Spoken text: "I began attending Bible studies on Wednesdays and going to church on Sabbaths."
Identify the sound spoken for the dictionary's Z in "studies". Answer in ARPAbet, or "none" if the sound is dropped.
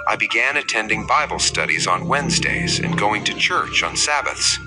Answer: Z